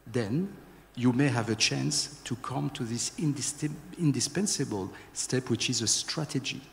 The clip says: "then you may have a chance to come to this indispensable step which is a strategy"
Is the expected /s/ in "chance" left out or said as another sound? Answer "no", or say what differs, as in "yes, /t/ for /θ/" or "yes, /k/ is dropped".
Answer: no